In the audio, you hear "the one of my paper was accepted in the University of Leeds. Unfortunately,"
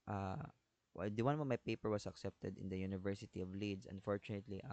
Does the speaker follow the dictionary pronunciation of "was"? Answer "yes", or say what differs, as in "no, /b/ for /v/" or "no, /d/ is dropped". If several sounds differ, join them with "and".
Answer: no, /s/ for /z/